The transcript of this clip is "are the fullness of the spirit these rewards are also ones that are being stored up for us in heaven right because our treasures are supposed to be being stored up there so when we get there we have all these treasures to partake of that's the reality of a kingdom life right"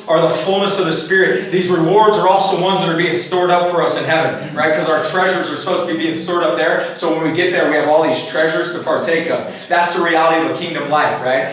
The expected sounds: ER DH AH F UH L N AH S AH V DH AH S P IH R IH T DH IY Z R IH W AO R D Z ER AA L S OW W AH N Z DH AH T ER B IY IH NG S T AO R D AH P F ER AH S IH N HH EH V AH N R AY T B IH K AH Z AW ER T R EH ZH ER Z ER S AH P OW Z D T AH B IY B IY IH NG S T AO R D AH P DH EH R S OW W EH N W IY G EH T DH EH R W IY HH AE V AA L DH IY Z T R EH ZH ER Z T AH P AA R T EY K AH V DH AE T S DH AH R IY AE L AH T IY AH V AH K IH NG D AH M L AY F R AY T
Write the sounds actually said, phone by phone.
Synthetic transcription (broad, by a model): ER DH AH F UH L N AH S AH V DH AH S P IH R IH T DH IY Z R IH W AO R D Z ER AA L S OW W AH N Z DH AH T ER B IY IH NG S T AO R D AH P F ER AH S IH N HH EH V AH N R AY T K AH Z AW ER T R EH ZH ER Z ER S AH P OW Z T AH B IY B IY IH NG S T AO R D AH P DH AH R S OW W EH N W IY G EH T DH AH R W IY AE V AA L DH IY Z T R EH ZH ER Z T AH P AA R T EY K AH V DH AE T S DH AH R IY AE L AH T IY AH V AH K IH NG D AH M L AY F R AY T